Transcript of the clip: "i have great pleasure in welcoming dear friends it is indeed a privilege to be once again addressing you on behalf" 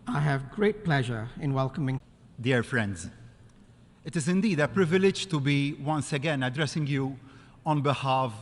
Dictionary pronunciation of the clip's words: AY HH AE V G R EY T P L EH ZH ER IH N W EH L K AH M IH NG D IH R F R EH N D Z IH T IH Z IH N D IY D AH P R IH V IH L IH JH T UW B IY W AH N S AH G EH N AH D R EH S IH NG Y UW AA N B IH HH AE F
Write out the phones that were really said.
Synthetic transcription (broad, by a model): AY HH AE V G R EY T P L EH ZH ER IH N W EH L K AH M IH NG D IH R F R EH N D Z IH T IH Z IH N D IY D AH P R IH V IH L IH JH T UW B IY W AH N S AH G EH N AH D R EH S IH NG Y UW AA N B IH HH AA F